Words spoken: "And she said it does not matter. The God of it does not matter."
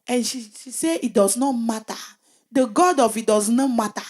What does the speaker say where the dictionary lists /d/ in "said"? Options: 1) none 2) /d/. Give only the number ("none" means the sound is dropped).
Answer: 1